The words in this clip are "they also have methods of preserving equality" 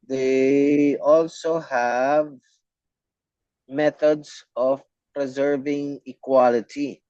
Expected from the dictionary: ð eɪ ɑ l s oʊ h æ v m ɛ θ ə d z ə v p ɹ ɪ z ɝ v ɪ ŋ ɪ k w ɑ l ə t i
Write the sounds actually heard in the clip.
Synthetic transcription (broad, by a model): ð eɪ ɑ l s oʊ h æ v m ɛ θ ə d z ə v p ɹ ɪ z ɝ v ɪ ŋ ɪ k w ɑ l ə t i